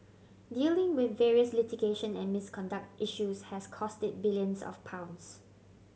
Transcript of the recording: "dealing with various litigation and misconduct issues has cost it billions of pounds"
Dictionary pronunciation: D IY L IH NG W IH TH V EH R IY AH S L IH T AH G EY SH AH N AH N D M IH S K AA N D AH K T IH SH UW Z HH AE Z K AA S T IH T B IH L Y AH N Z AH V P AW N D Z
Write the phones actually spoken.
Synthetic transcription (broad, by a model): D IY L IH NG W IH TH V EH R IY AH S L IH T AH G EY SH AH N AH N M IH S K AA N D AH K T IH SH UW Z HH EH S K AA S T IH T B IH L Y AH N S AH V P AW N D S